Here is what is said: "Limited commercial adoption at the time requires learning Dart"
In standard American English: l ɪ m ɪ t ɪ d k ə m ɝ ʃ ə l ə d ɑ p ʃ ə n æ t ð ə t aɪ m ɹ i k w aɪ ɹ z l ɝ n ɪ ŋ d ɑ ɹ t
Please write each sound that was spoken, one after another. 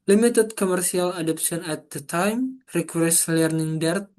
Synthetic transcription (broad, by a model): l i m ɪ t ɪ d k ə m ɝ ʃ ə l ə d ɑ p s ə n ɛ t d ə t aɪ m ɹ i k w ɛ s l ɝ n ɪ ŋ d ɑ ɹ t